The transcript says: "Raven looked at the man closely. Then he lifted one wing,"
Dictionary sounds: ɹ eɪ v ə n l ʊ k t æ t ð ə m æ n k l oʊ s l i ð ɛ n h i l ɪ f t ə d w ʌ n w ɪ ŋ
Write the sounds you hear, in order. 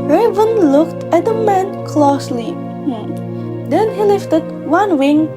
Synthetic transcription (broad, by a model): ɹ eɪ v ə n l ʊ k t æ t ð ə m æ n k l oʊ s l i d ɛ n h i l ɪ f t ə d w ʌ n w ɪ ŋ